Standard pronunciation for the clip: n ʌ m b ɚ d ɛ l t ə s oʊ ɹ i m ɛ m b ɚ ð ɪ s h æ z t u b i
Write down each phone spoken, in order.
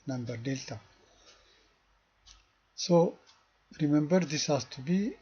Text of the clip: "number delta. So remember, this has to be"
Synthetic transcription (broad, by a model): n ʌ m b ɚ d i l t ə s oʊ ɹ i m ɛ m b ɚ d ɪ s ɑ s t u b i